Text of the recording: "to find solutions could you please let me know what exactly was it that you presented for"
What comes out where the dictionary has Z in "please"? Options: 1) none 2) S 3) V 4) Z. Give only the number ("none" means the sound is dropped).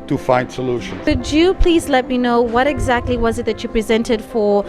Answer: 4